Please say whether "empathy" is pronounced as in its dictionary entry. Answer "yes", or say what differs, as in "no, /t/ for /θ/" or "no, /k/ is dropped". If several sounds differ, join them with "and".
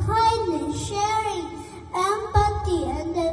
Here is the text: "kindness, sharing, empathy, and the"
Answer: no, /t/ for /θ/